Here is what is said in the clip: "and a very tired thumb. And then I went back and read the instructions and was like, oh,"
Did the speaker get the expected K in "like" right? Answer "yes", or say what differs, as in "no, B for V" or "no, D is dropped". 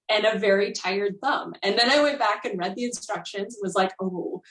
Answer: yes